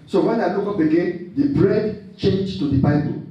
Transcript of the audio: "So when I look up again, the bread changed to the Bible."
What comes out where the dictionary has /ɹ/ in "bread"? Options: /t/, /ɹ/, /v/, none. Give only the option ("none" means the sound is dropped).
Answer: /ɹ/